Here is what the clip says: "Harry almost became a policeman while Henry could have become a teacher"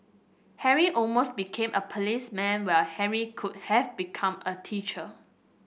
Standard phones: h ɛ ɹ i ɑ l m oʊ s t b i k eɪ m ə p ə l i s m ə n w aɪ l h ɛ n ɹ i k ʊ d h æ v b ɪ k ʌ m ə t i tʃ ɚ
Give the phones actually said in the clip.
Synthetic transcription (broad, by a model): h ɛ ɹ i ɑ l m oʊ s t b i k eɪ m ə p ə l i s m ə n w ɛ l h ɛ ɹ i k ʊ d h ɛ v b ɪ k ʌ m ə t i tʃ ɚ